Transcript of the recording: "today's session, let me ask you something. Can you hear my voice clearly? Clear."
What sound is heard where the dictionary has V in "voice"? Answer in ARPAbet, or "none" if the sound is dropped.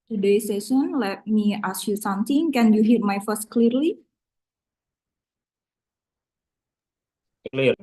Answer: F